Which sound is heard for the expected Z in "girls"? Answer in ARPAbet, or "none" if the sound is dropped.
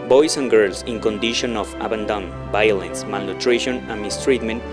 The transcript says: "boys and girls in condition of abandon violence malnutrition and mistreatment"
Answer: S